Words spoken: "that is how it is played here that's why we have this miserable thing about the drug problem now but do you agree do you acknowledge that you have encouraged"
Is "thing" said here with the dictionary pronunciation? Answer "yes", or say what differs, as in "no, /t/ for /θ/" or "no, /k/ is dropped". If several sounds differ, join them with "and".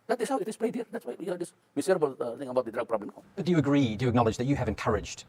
no, /t/ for /θ/